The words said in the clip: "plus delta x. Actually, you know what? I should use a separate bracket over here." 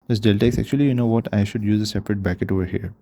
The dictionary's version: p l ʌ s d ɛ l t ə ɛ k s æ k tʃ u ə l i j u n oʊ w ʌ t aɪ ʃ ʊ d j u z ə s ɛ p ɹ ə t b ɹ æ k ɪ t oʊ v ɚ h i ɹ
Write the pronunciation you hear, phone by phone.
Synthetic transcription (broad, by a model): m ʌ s d ɛ l t ə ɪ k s æ k tʃ u ə l i j u n oʊ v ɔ t aɪ ʃ ʊ d j u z ə s ɛ p ɹ ə t b æ k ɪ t oʊ v ɚ h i ɹ